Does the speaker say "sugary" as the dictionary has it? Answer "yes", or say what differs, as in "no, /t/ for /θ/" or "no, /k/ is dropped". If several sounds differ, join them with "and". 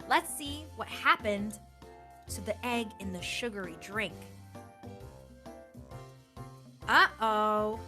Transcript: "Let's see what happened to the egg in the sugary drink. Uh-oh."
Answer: yes